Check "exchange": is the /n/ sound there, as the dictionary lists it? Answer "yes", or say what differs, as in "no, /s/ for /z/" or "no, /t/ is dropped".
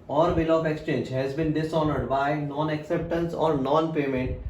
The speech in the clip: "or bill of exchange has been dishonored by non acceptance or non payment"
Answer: yes